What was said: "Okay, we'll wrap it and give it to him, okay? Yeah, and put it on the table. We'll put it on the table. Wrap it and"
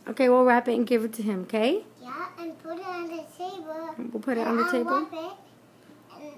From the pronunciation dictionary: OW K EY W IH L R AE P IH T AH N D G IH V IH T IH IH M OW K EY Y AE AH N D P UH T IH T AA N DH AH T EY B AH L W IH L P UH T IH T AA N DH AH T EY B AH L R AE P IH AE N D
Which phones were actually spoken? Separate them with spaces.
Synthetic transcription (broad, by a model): OW K EY W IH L R AE P IH T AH N G IH V IH T IH IH M OW K EY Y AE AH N P UH T IH T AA N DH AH T EY B AH L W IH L P UH T IH T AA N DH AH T EY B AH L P IH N